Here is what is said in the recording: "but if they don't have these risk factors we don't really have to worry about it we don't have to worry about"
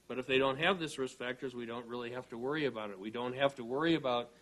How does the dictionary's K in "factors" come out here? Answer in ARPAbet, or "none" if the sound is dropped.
K